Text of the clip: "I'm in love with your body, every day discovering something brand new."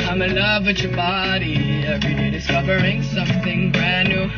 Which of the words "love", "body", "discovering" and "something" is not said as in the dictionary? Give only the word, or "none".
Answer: none